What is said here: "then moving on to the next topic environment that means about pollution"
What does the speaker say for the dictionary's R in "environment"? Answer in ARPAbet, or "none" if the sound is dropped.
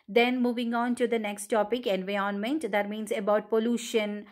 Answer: none